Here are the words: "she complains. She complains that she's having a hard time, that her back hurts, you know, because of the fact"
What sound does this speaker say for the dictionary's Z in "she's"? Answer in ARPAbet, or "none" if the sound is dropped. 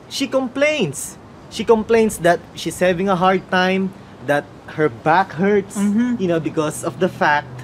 S